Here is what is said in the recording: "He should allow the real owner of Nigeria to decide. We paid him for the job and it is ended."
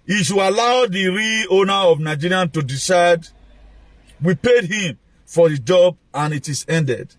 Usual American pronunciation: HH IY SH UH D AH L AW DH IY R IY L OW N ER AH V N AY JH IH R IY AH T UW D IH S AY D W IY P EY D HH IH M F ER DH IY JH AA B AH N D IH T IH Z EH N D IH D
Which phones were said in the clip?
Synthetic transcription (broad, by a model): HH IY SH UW AH L AW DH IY R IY OW N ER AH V N AY JH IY R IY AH T UW D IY S AY D W IY P EY D HH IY M F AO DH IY JH AA B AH N IH T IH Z EH N D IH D